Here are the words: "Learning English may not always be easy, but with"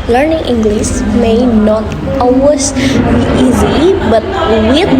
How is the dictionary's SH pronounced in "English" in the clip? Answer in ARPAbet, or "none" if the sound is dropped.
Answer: S